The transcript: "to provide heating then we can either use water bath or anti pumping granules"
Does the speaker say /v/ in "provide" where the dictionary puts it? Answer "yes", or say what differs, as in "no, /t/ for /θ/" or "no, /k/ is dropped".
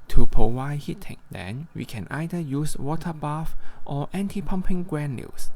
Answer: no, /w/ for /v/